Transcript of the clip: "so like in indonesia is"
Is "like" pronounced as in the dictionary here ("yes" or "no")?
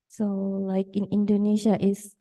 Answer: yes